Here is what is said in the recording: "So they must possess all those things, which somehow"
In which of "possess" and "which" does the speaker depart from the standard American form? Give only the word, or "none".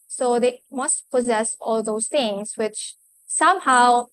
none